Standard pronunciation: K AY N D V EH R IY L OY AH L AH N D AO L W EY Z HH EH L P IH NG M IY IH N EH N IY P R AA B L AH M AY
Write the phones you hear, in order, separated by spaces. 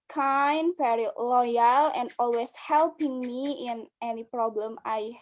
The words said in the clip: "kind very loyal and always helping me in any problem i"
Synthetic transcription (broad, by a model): K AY N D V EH R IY L OY AH L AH N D AO L W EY S HH EH L P IH NG M IY IH N EH N IY P R AA B L AH M AY